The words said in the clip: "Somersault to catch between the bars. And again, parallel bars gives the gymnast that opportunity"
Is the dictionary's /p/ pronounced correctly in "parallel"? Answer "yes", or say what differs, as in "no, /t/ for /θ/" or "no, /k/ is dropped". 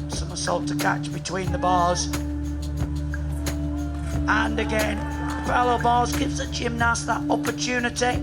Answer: no, /f/ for /p/